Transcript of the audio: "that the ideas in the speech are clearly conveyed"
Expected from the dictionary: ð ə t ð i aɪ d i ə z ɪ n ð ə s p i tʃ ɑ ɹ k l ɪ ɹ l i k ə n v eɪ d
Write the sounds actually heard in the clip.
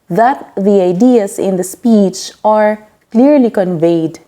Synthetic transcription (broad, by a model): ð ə t ð i aɪ d i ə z ɪ n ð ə s p i tʃ ɑ ɹ k l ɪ ɹ l i k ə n v eɪ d